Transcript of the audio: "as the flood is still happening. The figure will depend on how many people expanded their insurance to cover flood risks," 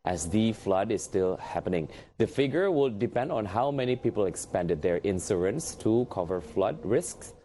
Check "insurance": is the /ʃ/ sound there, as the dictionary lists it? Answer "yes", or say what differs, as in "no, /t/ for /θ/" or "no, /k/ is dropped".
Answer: no, /s/ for /ʃ/